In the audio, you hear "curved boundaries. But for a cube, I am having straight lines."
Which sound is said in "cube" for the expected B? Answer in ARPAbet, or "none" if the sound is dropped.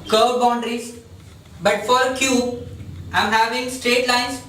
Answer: none